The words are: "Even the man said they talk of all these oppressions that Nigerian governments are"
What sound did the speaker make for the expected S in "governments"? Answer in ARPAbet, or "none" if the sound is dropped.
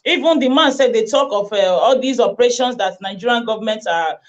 none